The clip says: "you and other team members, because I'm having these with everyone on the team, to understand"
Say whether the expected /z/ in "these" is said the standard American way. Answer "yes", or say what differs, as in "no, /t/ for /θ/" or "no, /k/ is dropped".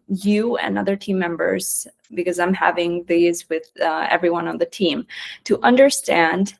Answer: yes